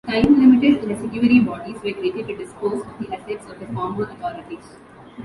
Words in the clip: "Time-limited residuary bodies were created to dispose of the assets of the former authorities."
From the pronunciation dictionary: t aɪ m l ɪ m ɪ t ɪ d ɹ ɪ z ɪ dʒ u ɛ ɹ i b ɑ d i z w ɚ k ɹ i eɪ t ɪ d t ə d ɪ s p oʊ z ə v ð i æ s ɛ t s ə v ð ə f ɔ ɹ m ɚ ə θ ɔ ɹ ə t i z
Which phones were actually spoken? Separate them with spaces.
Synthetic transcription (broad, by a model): t aɪ m l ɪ m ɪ t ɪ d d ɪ s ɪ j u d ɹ i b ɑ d i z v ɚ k ɹ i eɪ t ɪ t ə d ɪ s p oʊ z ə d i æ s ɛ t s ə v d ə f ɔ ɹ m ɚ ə t ɔ ɹ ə t i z